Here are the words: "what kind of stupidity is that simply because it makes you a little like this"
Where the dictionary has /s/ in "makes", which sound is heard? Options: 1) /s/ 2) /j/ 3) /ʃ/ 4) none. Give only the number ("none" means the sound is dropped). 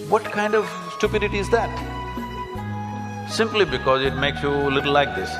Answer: 1